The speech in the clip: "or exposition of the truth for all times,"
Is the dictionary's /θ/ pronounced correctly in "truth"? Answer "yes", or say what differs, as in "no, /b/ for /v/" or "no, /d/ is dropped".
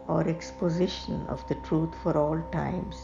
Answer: no, /t/ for /θ/